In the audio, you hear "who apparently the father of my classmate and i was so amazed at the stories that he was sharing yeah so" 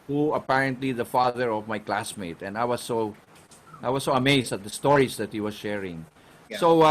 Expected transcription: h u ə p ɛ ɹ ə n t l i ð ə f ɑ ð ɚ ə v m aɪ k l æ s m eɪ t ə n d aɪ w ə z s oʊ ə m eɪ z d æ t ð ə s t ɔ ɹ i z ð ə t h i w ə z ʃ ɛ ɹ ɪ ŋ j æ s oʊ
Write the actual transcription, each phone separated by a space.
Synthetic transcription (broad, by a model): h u ə p ɛ ɹ ə n t l i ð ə f ɑ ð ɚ ə v m aɪ k l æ s m eɪ t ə n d aɪ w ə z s oʊ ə m eɪ s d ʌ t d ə s t ɔ ɹ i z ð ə t h i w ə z ʃ ɛ ɹ ɪ ŋ s oʊ